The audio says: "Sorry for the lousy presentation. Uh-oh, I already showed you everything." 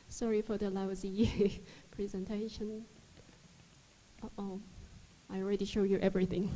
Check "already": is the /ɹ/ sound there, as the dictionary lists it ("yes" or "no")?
yes